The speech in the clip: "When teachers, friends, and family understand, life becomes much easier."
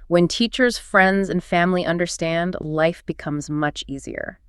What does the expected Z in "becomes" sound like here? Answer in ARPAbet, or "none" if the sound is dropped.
Z